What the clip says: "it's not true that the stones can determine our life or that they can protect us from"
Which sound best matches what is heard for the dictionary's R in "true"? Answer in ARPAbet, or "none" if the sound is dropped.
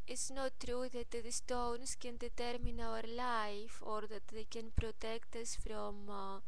R